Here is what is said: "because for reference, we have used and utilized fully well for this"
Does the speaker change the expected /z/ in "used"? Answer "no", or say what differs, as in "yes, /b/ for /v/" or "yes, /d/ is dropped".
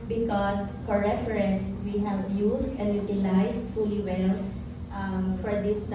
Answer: yes, /s/ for /z/